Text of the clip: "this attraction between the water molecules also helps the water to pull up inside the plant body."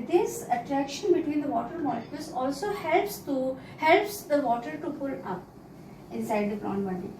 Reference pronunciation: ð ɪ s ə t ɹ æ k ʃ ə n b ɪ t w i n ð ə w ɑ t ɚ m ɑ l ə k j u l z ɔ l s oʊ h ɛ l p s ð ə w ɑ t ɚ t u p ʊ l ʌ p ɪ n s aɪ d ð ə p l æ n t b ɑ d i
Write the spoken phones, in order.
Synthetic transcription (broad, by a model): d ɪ s ə t ɹ æ k ʃ ə n b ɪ t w i n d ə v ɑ t ɚ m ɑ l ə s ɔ l s ɔ l s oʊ h ɛ l p s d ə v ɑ t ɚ t u p ʊ l ʌ p ɪ n s aɪ d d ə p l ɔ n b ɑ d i